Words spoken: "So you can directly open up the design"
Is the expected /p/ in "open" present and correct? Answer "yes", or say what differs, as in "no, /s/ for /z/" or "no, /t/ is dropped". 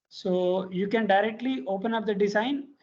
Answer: yes